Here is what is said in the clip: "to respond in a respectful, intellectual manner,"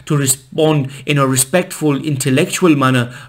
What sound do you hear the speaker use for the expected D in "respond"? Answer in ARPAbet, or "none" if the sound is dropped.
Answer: D